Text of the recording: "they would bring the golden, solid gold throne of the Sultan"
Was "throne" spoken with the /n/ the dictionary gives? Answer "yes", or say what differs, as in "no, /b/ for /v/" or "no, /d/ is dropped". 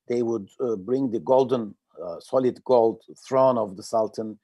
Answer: yes